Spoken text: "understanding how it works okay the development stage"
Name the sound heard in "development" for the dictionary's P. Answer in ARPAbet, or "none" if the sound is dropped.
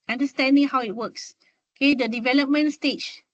P